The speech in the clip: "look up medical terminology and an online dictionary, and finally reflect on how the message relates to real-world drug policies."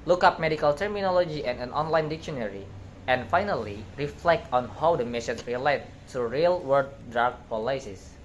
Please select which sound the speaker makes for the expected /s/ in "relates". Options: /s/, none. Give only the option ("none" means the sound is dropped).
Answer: none